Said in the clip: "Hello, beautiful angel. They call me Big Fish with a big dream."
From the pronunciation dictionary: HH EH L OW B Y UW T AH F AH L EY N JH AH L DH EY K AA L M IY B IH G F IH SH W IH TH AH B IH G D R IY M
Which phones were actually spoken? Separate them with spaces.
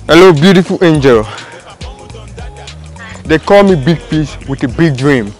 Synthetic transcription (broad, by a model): HH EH L OW B Y UW T AH F AH L EY N JH AH L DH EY K AA L M IY B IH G P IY S W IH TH AH B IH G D R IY M